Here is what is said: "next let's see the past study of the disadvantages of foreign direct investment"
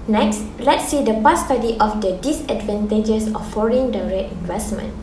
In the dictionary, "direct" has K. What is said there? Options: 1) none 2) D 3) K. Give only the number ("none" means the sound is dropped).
1